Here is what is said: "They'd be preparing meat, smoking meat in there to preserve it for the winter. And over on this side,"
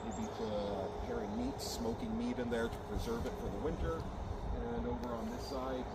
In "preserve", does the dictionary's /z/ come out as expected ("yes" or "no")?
yes